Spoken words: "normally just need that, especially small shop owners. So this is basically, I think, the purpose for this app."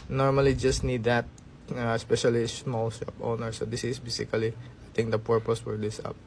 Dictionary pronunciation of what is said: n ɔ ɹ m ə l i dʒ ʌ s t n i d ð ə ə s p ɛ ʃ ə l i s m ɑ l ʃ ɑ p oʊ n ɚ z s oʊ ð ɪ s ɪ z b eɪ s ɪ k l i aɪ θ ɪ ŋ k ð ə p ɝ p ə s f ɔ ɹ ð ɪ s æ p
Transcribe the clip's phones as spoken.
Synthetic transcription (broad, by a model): n ɔ ɹ m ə l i dʒ ʌ s t n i d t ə ə s p ɛ ʃ ə l i s m ɑ l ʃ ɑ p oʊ n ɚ s oʊ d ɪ s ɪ s b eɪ s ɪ k l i aɪ t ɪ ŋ k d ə p ɝ p ə s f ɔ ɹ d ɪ s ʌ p